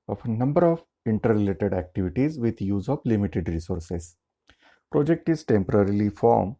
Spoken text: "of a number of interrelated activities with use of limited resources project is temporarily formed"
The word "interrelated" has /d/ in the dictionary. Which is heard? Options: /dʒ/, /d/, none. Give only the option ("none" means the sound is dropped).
/d/